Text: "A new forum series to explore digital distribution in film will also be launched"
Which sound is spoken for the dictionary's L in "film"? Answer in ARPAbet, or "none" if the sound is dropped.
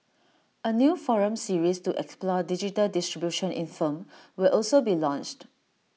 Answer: none